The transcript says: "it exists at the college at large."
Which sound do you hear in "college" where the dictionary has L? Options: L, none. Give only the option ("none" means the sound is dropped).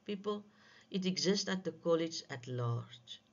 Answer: L